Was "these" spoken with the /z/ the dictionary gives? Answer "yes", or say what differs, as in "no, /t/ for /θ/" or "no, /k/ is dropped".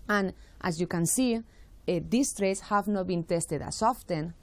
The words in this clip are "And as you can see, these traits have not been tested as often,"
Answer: no, /s/ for /z/